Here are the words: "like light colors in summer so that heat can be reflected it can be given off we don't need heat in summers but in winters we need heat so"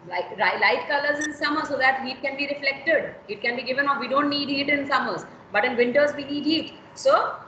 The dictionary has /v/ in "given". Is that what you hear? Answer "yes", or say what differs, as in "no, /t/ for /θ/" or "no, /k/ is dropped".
yes